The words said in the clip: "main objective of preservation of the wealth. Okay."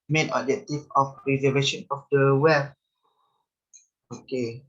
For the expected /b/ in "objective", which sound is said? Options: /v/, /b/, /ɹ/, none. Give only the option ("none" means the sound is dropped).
none